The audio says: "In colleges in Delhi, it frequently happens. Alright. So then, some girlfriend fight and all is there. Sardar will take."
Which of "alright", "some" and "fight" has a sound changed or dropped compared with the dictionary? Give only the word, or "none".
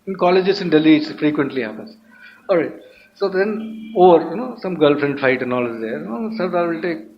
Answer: alright